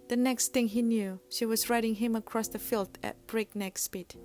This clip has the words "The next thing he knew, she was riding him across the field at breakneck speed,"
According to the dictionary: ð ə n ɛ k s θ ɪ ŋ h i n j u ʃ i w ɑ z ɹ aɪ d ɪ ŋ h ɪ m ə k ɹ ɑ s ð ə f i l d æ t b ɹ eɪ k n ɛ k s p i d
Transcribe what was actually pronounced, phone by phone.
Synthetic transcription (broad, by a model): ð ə n ɛ k s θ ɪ ŋ h i n j u ʃ i w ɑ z ɹ aɪ d ɪ ŋ h ɪ m ə k ɹ ɑ s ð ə f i l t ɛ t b ɹ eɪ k n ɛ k s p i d